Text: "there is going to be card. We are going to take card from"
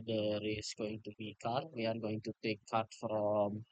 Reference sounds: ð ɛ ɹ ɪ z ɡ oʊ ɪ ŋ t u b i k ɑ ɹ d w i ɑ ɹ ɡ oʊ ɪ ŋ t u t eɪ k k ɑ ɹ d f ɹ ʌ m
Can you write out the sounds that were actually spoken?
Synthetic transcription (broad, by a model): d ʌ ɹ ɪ s ɡ oʊ ɪ ŋ t u b i k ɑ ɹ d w i ɑ ɹ ɡ oʊ ɪ ŋ t u t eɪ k k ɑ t f ɹ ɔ m